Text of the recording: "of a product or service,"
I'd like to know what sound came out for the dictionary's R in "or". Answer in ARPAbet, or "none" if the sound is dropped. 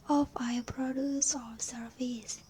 L